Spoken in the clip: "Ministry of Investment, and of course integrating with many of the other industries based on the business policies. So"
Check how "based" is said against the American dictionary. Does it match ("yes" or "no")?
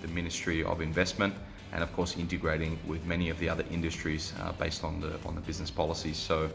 yes